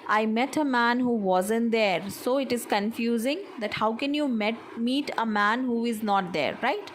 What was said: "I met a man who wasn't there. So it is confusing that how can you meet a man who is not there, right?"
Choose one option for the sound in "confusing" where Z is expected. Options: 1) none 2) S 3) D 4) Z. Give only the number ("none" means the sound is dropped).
4